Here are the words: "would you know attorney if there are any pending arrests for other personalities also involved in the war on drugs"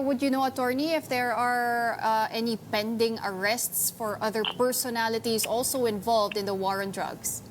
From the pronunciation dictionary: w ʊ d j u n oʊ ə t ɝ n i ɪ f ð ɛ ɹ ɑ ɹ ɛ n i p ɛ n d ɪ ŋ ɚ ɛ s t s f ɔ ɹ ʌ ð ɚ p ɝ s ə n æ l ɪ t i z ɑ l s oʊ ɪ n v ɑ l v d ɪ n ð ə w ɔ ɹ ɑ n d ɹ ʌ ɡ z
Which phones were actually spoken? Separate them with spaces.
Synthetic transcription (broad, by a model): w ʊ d j u n oʊ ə t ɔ n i ɪ f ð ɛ ɹ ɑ ɹ ɛ n i p ɛ n d ɪ ŋ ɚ ɛ s t s f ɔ ɹ ʌ ð ɚ p ɝ s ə n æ l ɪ t i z ɑ l s oʊ ɪ n v ɑ l v d ɪ n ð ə w ɔ ɹ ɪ n d ɹ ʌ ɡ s